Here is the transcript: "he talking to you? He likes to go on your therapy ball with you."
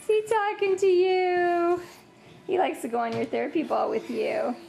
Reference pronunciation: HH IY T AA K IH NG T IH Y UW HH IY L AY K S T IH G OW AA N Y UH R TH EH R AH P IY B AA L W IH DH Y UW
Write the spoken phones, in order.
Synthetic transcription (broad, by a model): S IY T AA K IH NG T IH Y UW HH IY L AY K S T IH G OW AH N Y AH R TH EH R AH P IY B AA L W IH DH Y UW